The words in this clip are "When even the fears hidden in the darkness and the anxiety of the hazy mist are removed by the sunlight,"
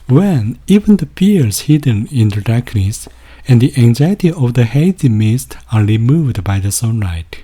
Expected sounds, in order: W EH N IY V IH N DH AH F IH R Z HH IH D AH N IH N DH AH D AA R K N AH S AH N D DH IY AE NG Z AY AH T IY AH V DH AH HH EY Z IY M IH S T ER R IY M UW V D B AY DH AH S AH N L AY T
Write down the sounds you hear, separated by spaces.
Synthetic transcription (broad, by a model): W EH N IY V IH N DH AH P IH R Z HH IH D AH N IH N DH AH D AA R K N AH S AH N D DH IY AE NG Z AY AH T IY AH V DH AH HH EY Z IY M IH S T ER R IY M UW V D B AY DH AH S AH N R AY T